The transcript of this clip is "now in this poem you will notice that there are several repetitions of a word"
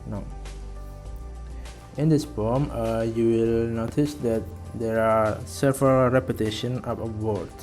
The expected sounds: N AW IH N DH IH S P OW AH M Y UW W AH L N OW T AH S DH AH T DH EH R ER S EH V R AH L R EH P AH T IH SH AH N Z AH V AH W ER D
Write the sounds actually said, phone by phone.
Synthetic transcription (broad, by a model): N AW IH N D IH S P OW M Y UW W AH L N OW T AH S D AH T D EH R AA S EH V R AH L R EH P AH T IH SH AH N AH P AH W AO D